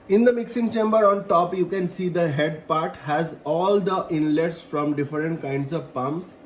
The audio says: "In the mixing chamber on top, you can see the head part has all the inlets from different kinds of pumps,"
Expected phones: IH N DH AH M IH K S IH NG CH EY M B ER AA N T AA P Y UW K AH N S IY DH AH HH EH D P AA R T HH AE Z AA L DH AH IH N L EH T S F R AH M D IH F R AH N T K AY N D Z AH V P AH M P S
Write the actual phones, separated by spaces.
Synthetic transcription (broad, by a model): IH N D AH M IH K S IH NG CH EY M B ER AA N T AA P Y UW K AH N S IY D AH HH EH D P AA R T HH AE Z AA L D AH IH N L EH T S F R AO M D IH F R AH N T K AY N D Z AH V P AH M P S